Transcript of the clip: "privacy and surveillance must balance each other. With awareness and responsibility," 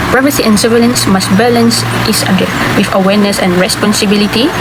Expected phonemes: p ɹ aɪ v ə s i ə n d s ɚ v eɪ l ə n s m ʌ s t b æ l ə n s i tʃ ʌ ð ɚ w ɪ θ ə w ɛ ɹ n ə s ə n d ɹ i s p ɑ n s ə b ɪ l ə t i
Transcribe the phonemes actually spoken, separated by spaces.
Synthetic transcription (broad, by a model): p ɹ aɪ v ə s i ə n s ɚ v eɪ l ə n s m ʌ s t b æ l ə n s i s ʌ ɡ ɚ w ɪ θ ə w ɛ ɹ n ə s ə n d ɹ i s p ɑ n s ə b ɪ l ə t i